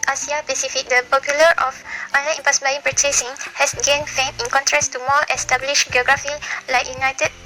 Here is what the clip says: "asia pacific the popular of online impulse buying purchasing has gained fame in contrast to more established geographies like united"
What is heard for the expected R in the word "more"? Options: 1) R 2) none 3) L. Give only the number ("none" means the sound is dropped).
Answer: 3